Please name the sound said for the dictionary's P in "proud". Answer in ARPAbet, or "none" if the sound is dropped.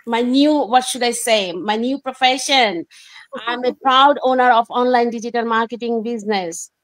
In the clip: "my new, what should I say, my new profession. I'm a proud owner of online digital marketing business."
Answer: P